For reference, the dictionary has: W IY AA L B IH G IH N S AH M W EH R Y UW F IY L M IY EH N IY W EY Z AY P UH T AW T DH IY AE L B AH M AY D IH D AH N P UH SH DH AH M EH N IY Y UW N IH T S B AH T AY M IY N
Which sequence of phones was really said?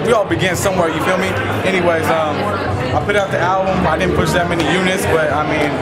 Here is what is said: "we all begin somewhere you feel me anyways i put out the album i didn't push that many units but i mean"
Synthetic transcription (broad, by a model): W IY AA L B IH G IH N S AH M W EH R Y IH F IY L M IY EH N IY W EY Z AY P UH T AW T DH IY AE L B AH M AY D IH D N P UH SH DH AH M EH N IY Y UW N IH T S B AH T AY M IY N